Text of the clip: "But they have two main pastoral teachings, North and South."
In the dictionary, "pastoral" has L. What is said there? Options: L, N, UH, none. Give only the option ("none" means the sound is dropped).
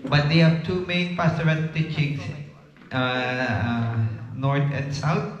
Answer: N